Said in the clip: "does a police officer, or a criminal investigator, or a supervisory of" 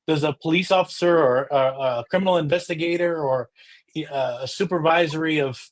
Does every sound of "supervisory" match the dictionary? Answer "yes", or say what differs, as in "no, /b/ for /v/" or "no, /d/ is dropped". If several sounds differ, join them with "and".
yes